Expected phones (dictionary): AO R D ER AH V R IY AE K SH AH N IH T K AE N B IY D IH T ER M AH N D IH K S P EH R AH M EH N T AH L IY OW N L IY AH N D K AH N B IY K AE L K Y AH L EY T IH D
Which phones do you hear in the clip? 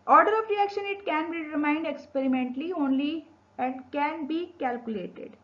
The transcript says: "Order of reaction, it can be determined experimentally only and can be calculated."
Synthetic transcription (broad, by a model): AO R D ER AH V R IY AE K SH AH N IH T K AE N B IY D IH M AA AH N D IH K S P EH R AH M EH N T AH L IY OW N L IY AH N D K AH N B IY K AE L K Y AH L EY T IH D